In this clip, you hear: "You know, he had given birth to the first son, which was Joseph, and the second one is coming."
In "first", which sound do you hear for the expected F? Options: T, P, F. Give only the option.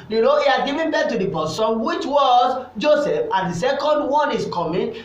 P